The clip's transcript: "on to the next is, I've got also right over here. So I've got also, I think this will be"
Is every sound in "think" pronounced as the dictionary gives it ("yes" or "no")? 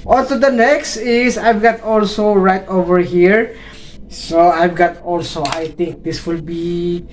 no